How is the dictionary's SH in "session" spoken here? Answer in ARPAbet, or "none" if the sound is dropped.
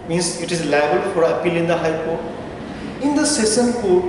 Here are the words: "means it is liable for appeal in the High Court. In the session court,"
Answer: S